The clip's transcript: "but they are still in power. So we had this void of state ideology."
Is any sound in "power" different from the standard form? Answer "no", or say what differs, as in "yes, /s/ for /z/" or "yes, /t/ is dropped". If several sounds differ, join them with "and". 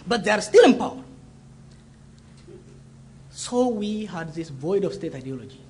no